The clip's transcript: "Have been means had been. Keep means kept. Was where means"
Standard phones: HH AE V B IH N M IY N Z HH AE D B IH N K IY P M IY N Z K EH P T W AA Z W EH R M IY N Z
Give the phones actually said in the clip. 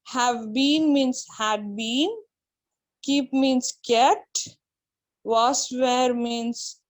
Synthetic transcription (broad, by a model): HH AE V B IH N M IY N S HH AE D B IH N K IY P M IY N S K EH T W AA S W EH R M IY N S